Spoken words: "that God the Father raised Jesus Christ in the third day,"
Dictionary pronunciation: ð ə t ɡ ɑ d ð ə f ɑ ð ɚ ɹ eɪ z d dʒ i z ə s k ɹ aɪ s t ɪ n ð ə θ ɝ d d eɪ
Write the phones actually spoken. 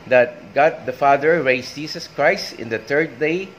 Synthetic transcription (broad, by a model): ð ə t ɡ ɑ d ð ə f ɑ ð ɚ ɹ eɪ s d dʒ i s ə s k ɹ aɪ s t ɪ n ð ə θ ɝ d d eɪ